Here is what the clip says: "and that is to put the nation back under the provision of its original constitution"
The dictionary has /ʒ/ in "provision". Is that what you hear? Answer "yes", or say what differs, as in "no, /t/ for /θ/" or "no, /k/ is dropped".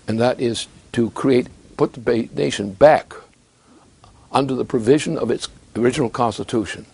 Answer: yes